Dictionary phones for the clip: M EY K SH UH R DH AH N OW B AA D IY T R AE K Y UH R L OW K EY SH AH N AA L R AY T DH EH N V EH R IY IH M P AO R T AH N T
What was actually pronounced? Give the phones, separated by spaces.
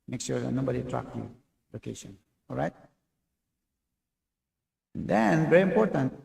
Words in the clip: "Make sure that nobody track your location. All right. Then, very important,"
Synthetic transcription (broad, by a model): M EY K S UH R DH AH N OW B AA D IY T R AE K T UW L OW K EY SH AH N AA L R AY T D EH N V EH R IY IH M P AO R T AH N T